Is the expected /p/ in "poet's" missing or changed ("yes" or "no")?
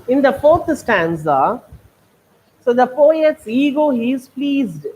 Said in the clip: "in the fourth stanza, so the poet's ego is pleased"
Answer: yes